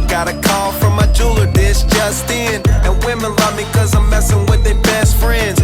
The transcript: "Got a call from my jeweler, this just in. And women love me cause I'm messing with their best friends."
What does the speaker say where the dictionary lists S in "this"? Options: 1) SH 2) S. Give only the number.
1